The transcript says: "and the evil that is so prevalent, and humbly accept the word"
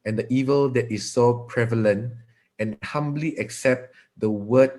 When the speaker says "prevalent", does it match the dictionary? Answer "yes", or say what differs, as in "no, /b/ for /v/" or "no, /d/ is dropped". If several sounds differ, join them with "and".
yes